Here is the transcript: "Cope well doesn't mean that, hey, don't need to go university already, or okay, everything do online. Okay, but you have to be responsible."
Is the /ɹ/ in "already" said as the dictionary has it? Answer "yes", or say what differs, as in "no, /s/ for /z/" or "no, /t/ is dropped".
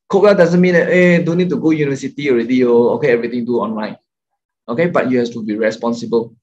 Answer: yes